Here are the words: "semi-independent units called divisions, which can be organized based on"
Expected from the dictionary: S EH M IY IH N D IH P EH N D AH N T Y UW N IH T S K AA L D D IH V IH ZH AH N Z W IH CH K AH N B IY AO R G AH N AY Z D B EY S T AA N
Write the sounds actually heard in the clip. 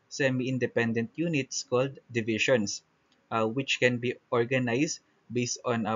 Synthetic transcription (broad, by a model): S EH M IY IH N D IH P EH N D AH N T Y UW N IH T S K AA L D D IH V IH SH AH N S W IH CH K AH N B IY AO R G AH N AY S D B EY S T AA N